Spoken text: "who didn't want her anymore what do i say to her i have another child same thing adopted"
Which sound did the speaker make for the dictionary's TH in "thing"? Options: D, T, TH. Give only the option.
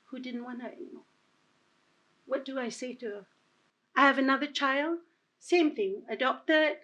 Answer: TH